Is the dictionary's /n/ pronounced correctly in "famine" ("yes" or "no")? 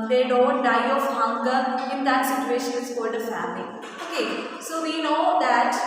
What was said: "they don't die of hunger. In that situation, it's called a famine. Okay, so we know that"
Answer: no